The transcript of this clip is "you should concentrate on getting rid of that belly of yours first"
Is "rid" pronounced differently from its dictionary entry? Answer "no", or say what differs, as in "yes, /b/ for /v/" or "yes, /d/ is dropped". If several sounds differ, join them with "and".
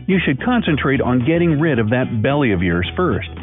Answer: no